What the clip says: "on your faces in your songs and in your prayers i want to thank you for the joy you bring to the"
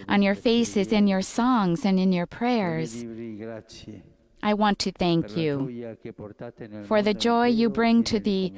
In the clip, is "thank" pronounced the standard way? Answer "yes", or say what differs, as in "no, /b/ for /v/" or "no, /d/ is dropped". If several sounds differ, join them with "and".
yes